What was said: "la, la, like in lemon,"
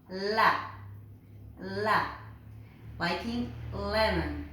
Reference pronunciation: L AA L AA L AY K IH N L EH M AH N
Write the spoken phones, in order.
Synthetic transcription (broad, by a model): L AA L AA W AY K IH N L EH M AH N